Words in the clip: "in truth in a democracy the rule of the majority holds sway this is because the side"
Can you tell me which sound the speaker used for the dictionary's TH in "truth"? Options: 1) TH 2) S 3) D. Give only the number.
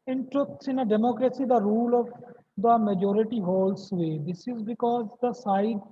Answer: 2